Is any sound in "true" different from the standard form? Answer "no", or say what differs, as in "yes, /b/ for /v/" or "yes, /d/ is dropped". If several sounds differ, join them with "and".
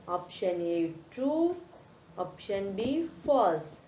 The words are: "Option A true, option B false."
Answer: yes, /ɹ/ is dropped